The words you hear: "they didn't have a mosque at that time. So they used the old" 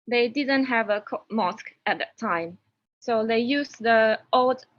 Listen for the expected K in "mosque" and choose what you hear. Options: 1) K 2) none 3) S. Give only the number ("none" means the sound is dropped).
1